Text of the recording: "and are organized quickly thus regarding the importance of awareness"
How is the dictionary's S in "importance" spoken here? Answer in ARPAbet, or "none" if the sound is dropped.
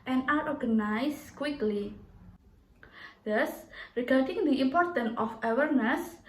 none